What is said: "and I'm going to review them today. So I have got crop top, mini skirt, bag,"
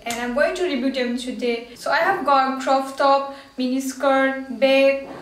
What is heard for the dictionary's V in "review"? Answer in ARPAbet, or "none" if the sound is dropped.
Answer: B